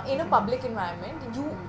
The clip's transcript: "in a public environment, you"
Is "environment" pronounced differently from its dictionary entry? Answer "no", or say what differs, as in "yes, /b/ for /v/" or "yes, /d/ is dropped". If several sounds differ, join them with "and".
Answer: yes, /ɹ/ is dropped